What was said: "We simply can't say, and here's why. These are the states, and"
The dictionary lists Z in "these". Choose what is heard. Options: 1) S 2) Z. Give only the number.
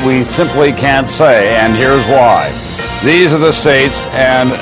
2